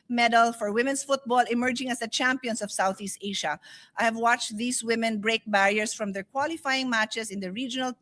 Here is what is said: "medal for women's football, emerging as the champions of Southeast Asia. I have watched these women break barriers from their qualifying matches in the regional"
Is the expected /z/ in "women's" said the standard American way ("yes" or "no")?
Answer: no